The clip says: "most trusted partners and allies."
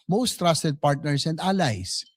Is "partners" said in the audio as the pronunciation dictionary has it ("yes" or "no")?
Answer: no